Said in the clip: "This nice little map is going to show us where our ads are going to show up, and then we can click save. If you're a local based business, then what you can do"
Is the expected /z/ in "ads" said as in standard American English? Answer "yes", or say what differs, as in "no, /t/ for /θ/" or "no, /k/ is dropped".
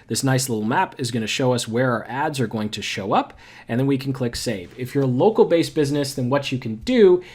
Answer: yes